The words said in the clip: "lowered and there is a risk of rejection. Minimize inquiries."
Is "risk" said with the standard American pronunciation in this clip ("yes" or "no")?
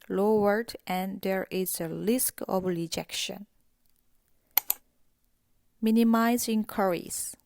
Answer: no